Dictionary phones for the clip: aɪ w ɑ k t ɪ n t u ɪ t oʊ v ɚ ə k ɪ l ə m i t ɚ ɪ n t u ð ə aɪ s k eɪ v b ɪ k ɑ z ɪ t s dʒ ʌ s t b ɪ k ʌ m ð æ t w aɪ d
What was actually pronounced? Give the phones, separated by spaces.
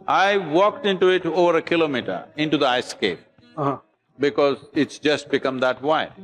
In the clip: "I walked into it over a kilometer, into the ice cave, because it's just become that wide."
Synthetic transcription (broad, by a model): aɪ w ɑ k t ɪ n t u ɪ t oʊ v ɚ ə k ɪ l ə m i t ɚ ɪ n t u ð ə aɪ s k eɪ p b ɪ k ɑ z ɪ t s dʒ ʌ s t b ɪ k ʌ m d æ t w aɪ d